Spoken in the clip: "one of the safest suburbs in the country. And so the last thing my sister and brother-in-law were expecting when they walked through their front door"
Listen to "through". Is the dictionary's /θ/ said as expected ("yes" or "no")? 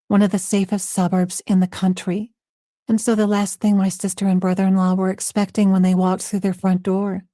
yes